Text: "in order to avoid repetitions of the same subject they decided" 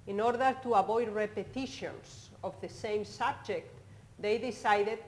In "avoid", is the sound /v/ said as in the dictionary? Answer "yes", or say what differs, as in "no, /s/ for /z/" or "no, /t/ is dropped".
no, /b/ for /v/